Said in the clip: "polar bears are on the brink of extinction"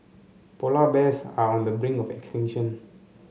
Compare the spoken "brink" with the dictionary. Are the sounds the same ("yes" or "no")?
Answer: no